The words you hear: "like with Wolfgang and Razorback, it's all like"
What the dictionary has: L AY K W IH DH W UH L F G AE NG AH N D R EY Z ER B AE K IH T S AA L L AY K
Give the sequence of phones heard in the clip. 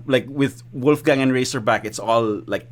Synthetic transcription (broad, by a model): L AY K W IH DH W UH L F G AE NG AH N R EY S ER B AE K IH T S AA L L AY K